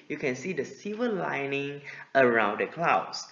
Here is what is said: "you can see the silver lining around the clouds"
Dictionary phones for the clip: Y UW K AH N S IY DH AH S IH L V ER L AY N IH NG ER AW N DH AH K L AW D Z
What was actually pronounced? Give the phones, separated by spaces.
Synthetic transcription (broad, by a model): Y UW K AH N S IY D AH S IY V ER L AY N IH NG ER AW N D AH K L AW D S